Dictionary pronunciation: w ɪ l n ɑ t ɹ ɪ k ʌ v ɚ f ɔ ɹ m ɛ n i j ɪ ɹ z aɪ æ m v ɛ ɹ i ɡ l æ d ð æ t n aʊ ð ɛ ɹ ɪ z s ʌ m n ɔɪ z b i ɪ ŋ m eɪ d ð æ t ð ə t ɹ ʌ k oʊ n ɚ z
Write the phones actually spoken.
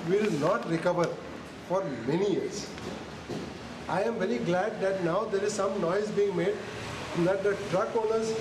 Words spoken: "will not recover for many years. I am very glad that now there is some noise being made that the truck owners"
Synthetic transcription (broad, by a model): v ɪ l n ɑ t ɹ ɪ k ʌ v ɚ f ɔ ɹ m ɛ n i j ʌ ɹ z aɪ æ m v ɛ ɹ i ɡ l æ d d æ t n aʊ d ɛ ɹ ɪ z s ʌ m n ɔɪ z b i ɪ ŋ m eɪ d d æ t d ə t ɹ ʌ k oʊ n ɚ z